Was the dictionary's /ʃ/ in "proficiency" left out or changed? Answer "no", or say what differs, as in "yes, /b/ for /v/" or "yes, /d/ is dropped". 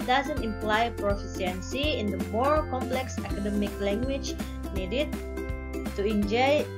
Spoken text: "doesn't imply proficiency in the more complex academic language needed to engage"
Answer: yes, /s/ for /ʃ/